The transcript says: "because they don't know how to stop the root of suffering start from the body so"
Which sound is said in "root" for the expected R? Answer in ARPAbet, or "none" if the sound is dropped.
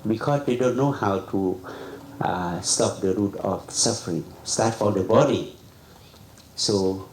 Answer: R